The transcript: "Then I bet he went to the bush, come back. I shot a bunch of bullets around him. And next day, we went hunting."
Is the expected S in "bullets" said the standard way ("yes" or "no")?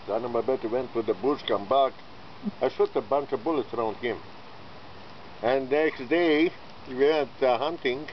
yes